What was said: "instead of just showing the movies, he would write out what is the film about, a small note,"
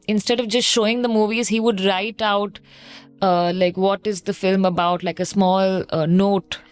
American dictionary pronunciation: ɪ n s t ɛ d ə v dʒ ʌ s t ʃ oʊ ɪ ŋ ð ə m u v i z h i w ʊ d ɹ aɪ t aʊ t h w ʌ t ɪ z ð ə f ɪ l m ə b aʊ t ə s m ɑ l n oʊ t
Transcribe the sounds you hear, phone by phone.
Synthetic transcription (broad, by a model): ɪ n s t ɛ d ə v dʒ ʌ s t ʃ oʊ ɪ ŋ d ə m u v i z h i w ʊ d ɹ aɪ t aʊ t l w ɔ t ɪ z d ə f ɪ l m ə b aʊ t ə s m ɑ l n oʊ t